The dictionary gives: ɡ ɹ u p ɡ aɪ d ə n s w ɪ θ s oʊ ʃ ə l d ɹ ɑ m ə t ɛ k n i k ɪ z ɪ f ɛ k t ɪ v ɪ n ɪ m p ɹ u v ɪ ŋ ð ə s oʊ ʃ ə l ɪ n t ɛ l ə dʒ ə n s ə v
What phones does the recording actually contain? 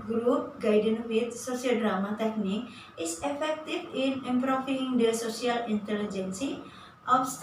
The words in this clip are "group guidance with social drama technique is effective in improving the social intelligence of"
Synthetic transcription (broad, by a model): ɡ ɹ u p ɡ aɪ d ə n w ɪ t s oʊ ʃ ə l d ɹ ɑ m ə t ɛ k n i k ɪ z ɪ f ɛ k t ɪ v ɪ n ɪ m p ɹ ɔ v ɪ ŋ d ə s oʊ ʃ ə l ɪ n t ɛ l ə dʒ ə n s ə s